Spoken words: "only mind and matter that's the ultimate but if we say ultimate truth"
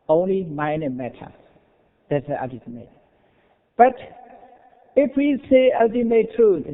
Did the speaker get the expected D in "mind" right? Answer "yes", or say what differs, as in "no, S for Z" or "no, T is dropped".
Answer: no, D is dropped